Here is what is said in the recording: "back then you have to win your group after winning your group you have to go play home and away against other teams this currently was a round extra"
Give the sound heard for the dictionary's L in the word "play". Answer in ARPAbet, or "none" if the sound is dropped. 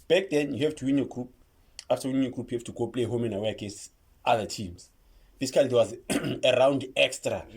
L